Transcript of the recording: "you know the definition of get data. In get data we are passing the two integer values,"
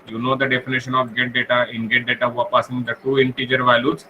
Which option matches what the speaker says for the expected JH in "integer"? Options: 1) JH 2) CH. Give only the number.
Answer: 1